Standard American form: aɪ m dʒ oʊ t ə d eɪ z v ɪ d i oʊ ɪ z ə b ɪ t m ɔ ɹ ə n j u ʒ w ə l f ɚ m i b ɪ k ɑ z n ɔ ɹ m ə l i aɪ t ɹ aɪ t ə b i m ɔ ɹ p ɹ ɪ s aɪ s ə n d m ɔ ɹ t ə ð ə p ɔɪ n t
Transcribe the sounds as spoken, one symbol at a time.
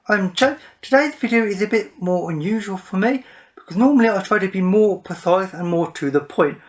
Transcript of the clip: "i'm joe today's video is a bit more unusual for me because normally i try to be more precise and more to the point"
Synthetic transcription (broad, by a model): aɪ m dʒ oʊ t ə d eɪ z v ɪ d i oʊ ɪ z ə b ɪ t m ɔ ɹ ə n j u ʒ w ə l f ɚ m i b ɪ k ɑ z n ɔ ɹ m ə l i aɪ t ɹ aɪ t ə b i m ɔ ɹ p ɪ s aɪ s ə n m ɔ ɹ t ə ð ə p ɔɪ n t